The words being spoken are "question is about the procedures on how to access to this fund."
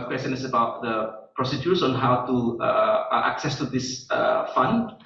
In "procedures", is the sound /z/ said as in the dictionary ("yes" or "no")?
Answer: no